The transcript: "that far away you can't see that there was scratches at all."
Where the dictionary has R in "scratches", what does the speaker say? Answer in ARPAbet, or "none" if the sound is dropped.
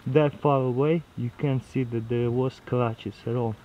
L